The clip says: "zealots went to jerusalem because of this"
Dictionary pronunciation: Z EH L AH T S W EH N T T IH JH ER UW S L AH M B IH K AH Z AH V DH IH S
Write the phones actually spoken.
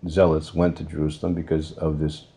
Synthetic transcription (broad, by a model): Z EH L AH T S W EH N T T IH JH ER UW S L AH M B IH K AH Z AH V DH IH S